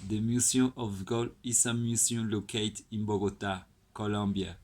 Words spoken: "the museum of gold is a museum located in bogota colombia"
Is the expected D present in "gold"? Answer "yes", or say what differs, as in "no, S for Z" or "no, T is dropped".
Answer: no, D is dropped